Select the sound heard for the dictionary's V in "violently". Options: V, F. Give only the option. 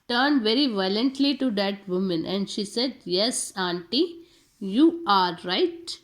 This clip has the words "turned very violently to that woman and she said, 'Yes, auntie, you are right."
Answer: V